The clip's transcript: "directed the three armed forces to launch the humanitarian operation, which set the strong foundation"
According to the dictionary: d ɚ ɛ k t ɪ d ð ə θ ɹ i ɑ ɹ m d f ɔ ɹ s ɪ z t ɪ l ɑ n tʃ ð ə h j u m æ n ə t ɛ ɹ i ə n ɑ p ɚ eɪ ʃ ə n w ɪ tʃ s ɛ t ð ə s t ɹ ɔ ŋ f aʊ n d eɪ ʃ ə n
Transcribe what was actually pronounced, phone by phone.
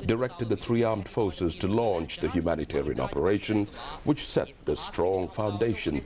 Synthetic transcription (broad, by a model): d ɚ ɛ k t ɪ d ð ə θ ɹ i ɑ ɹ m d f ɔ ɹ s ɪ z t ɪ l ɑ n tʃ ð ə h j u m æ n ə t ɛ ɹ i ə n ɑ p ɚ eɪ ʃ ə n w ɪ tʃ s ɛ t ð ə s t ɹ ɔ ŋ f aʊ n d eɪ ʃ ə n